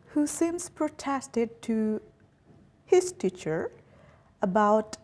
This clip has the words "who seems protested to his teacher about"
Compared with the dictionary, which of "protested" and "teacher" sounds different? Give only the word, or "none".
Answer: none